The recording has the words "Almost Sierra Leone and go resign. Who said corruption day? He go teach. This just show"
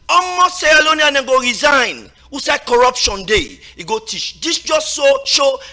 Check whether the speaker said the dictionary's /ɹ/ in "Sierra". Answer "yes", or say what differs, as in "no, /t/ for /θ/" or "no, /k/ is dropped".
no, /l/ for /ɹ/